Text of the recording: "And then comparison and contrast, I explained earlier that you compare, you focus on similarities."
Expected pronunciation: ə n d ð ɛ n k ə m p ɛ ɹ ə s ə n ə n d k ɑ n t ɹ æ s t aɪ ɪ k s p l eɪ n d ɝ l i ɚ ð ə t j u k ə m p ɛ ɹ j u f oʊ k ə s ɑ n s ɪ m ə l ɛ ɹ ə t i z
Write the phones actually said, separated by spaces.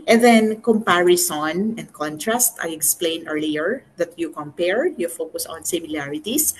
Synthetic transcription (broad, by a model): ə n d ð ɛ n k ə m p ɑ ɹ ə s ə n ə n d k ɑ n t ɹ æ s t aɪ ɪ k s p l eɪ n ɝ l i ɚ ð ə t j u k ə m p ɛ ɹ j u f oʊ k ə s ɑ n s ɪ m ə l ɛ ɹ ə t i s